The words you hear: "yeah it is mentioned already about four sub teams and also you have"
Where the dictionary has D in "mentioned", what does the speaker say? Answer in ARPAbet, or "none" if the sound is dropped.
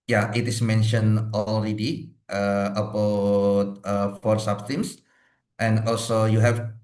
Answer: none